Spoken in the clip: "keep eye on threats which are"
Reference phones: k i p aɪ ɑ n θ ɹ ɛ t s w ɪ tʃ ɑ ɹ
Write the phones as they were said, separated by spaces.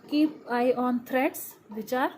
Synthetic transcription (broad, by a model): k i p aɪ ɑ n t ɹ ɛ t s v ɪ tʃ ɑ ɹ